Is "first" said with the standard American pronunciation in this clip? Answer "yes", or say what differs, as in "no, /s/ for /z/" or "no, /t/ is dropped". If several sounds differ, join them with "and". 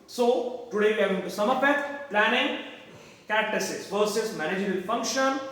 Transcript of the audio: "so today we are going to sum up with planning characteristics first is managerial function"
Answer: no, /t/ is dropped